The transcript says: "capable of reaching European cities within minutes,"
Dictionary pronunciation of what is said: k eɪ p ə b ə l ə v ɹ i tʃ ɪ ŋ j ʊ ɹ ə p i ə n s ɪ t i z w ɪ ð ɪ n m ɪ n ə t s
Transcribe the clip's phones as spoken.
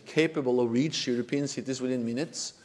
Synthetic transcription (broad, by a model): k eɪ p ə b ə l ə v ɹ i tʃ j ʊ ɹ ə p i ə n s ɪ t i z w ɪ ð ɪ n m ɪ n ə t s